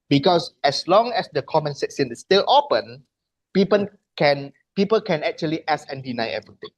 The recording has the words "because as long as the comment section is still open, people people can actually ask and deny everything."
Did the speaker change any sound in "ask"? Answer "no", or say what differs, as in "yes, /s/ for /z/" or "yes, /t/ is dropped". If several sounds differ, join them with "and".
yes, /k/ is dropped